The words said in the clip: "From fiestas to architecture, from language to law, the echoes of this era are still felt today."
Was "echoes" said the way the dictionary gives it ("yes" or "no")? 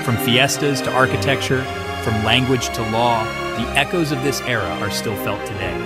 yes